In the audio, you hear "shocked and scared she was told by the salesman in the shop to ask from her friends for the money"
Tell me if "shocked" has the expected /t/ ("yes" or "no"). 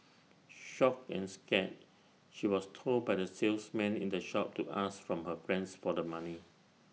no